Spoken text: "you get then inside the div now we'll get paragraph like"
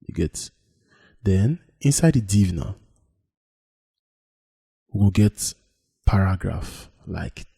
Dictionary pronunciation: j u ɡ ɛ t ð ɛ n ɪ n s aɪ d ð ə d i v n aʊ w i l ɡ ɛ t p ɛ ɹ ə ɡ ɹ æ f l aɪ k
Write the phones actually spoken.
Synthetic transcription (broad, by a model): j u ɡ ɛ t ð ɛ n ɪ n s aɪ d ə d i v n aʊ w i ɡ ɡ ɛ t p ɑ ɹ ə ɡ ɹ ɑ f l aɪ k